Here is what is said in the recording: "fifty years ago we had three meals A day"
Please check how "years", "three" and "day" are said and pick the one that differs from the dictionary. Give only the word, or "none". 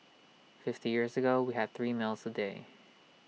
none